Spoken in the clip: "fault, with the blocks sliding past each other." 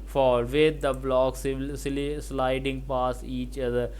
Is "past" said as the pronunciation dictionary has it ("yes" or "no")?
no